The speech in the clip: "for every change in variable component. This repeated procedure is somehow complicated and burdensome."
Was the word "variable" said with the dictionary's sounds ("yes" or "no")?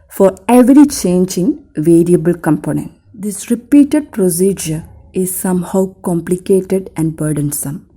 yes